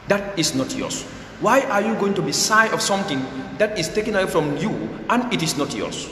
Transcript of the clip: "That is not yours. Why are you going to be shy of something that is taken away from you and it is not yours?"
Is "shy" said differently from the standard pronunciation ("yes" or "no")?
yes